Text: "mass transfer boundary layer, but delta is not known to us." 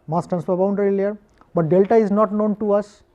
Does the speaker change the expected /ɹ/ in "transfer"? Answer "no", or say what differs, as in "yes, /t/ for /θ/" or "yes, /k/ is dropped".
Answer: yes, /ɹ/ is dropped